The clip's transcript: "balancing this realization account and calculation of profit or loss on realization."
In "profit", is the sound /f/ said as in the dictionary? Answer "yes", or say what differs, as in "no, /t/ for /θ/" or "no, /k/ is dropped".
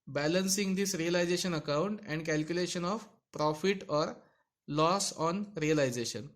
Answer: yes